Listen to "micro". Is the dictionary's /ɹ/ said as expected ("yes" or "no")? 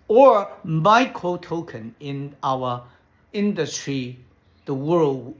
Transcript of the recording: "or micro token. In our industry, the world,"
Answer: no